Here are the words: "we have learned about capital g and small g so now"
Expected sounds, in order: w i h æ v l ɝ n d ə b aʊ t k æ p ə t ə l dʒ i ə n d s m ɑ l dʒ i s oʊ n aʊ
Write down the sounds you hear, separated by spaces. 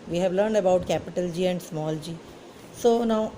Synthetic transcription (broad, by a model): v i h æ v l ɝ n d ə b aʊ t k æ p ə t ə l dʒ i ə n d s m ɑ l dʒ i s oʊ n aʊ